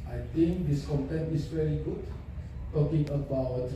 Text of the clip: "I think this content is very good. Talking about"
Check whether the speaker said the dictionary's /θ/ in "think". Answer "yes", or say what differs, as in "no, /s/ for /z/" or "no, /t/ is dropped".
no, /t/ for /θ/